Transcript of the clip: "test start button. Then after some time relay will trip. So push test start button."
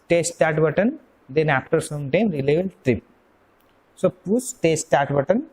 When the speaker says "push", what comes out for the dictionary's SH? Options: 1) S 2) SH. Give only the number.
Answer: 1